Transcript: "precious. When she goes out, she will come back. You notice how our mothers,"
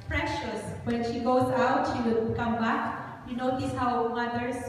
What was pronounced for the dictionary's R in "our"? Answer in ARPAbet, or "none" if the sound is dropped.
W